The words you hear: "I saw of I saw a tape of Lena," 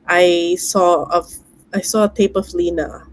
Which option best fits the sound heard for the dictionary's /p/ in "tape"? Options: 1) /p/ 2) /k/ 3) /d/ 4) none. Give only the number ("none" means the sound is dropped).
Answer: 1